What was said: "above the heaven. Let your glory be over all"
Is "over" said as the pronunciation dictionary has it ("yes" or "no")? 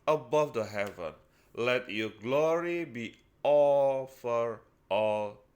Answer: no